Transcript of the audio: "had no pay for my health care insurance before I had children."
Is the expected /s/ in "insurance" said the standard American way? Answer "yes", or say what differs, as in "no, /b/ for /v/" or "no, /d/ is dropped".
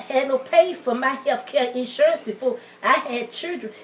yes